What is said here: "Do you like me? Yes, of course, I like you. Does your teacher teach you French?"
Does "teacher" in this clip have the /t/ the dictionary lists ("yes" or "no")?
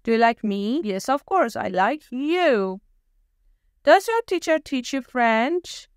yes